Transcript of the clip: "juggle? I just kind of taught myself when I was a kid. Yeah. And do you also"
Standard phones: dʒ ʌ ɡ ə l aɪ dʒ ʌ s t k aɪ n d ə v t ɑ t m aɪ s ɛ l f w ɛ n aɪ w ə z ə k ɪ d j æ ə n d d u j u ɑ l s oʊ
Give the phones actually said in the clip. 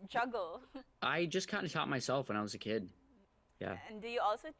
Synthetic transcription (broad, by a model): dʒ ʌ ɡ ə l aɪ dʒ ʌ s k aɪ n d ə t ɑ t m aɪ s ɛ l f w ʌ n aɪ w ə z ə k ɪ d j æ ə n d d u j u ɑ l s oʊ